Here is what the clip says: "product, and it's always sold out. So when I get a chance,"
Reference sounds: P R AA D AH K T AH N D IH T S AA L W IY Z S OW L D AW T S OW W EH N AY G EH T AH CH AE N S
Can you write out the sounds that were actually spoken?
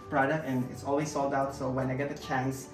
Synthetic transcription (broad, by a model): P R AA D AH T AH N IH T S AA L W IY Z S OW L D AW T S OW W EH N AY G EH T AH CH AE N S